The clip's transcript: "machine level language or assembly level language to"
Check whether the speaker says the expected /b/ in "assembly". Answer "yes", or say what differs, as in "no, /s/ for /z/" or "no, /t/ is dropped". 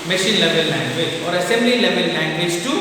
yes